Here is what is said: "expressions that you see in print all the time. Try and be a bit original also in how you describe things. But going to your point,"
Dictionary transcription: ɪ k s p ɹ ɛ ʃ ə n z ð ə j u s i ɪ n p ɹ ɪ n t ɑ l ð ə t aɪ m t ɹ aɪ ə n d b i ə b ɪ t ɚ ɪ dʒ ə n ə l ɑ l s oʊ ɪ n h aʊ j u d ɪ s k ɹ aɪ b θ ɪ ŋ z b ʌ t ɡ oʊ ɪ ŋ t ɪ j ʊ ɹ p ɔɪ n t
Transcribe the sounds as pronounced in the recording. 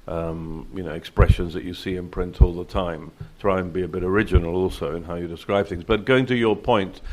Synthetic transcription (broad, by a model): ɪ k s p ɹ ɛ ʃ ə n z ð ə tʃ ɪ s i ɪ n p ɹ ɪ n t ɑ l ð ə t aɪ m t ɹ aɪ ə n b i ə b ɪ t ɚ ɪ dʒ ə n l ɑ l s oʊ ɪ n h aʊ j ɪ d ɪ s k ɹ aɪ b θ ɪ ŋ z b ʌ t ɡ oʊ ɪ ŋ t ɪ j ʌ ɹ p ɔɪ n t